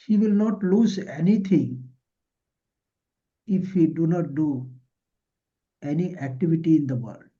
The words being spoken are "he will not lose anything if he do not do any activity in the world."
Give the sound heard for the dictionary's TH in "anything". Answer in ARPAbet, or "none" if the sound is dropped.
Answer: T